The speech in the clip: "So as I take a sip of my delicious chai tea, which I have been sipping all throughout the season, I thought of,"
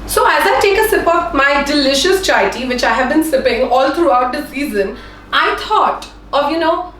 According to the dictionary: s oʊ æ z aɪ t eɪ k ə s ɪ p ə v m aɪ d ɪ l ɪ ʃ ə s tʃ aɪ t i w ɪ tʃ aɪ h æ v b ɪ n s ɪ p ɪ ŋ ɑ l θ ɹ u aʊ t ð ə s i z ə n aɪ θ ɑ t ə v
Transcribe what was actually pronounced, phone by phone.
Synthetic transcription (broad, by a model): s oʊ æ z aɪ t eɪ k ə s ɪ p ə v m aɪ d ɪ l ɪ ʃ ə s tʃ aɪ t i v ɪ tʃ aɪ h æ v b ɪ n s ɪ p ɪ ŋ ɑ l t ɹ u aʊ t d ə s i z ə n aɪ t ɑ t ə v